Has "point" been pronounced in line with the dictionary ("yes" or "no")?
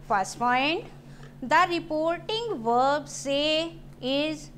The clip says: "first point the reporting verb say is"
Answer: no